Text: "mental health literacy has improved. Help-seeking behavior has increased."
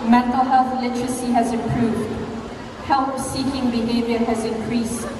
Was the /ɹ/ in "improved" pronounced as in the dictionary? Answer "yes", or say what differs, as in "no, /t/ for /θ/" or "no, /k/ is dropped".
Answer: yes